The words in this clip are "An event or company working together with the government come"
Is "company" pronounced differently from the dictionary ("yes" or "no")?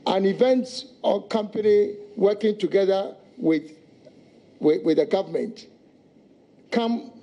no